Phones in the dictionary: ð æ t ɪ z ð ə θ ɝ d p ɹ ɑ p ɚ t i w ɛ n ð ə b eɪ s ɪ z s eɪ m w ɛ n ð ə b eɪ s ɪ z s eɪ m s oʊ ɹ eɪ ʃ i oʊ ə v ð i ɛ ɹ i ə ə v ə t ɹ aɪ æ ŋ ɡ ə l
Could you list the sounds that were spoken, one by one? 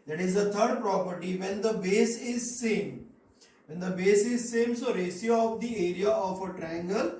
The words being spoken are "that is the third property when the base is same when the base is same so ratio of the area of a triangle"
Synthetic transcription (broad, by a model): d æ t ɪ z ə t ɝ d p ɹ ɑ p ɚ t i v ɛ n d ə b eɪ s ɪ z s eɪ m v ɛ n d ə b eɪ s ɪ z s eɪ m s oʊ ɹ eɪ s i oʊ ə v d i ɛ ɹ i ə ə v ə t ɹ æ ŋ ɡ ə l